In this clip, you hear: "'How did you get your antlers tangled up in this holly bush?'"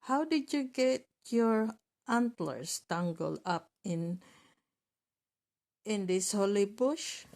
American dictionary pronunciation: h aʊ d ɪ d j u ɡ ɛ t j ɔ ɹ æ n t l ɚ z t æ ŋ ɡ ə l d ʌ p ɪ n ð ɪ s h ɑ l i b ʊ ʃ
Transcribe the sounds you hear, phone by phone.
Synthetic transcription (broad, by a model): h aʊ d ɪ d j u ɡ ɛ t j ɔ ɹ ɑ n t l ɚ s t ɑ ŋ ɡ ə l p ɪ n ɪ n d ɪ s h ɑ l i b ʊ ʃ